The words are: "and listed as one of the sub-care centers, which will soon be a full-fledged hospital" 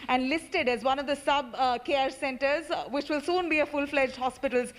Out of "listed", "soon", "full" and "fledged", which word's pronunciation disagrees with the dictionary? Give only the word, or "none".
none